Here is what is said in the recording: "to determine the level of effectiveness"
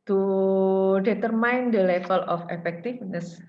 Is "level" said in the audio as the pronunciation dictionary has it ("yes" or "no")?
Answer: no